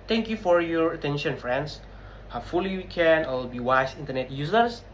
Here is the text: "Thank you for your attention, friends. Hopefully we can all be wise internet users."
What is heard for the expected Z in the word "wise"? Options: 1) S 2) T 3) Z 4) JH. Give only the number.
1